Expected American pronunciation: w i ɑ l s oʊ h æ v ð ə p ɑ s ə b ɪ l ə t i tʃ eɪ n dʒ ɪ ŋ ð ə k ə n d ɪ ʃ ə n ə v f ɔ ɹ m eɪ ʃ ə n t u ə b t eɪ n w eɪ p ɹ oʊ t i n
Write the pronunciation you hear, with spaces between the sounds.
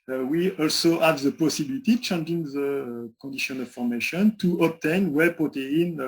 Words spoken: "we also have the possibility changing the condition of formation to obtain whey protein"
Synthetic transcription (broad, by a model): w i ɑ l s oʊ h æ v ð ə p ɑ s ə b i l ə t i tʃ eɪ n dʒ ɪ ŋ ð ə k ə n d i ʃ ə n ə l f ɔ ɹ m eɪ ʃ ə n t u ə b t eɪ n w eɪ p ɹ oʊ t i n